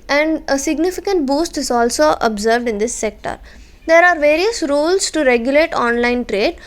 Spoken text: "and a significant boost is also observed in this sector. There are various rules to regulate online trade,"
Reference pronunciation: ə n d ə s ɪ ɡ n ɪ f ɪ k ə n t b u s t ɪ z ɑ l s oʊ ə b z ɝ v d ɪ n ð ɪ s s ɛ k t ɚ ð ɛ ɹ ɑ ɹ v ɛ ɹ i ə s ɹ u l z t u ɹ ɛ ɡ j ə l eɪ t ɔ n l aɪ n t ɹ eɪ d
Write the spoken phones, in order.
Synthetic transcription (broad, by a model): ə n d ə s ɪ ɡ n ɪ f ɪ k ə n t b u s t ɪ z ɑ l s oʊ ə b z ɝ v d ɪ n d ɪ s s ɛ k t ɚ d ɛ ɹ ɑ ɹ v ɛ ɹ i ə s ɹ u l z t u ɹ ɛ ɡ j ə l eɪ t ɔ n l aɪ n t ɹ eɪ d